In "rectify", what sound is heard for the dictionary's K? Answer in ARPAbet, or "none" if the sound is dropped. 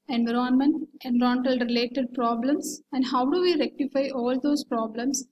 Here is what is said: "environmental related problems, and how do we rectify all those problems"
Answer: K